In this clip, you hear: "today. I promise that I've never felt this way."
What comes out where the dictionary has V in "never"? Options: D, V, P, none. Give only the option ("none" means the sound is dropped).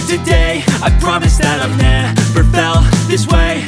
P